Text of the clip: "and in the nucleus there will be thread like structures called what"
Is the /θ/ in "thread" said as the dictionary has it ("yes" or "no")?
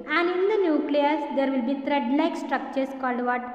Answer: no